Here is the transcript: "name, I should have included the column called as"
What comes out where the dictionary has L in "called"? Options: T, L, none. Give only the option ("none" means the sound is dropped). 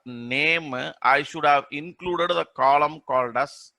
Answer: L